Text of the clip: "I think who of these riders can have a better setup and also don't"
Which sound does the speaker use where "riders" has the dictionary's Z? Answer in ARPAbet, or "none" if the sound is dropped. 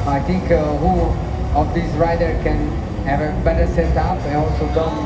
none